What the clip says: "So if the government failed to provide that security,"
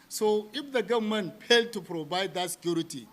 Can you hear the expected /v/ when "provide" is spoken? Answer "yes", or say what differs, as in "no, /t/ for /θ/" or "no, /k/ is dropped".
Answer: no, /b/ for /v/